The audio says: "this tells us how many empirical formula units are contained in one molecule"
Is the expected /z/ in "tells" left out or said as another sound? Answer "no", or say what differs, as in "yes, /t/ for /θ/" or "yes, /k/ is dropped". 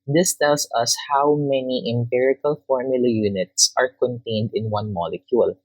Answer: yes, /s/ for /z/